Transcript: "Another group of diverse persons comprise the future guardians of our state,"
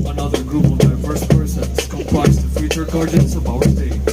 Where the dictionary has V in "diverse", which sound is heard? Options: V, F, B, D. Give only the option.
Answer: F